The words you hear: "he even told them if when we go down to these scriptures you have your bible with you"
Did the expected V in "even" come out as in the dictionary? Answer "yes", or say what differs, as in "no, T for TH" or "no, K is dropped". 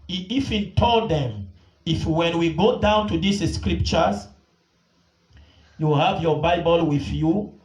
no, F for V